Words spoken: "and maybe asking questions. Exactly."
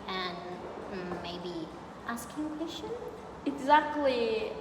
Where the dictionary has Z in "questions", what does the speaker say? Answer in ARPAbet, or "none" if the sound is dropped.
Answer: none